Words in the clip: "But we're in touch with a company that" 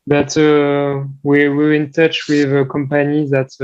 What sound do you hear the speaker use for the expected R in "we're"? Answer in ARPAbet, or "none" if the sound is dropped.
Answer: W